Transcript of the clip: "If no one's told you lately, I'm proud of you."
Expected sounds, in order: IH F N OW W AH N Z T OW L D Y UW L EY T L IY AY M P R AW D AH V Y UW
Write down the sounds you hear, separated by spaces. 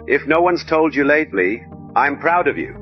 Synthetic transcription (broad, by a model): IH F N OW W AH N Z T OW L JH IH L EY T L IY AY M P R AW D AH V Y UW